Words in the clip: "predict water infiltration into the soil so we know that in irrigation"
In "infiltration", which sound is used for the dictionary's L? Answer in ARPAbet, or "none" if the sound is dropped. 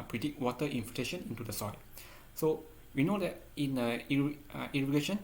none